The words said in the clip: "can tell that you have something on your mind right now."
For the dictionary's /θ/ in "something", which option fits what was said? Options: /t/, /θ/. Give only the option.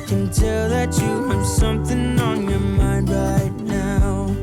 /θ/